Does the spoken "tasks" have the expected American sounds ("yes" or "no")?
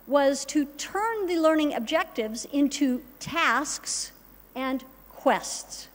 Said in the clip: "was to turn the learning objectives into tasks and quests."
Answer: yes